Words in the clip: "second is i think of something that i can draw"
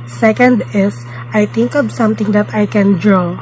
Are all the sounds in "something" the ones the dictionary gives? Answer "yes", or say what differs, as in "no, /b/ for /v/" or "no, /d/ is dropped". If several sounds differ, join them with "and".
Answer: no, /t/ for /θ/